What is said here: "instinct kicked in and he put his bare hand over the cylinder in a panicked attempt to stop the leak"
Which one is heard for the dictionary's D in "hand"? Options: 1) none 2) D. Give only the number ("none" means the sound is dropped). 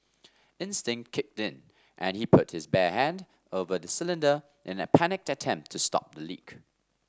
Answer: 2